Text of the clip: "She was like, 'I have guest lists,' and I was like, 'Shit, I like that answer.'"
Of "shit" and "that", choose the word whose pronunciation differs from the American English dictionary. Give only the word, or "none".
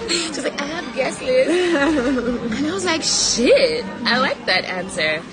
none